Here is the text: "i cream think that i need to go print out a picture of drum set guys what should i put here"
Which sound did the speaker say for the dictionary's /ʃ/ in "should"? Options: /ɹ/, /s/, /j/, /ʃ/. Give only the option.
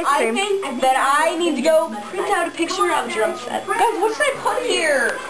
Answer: /s/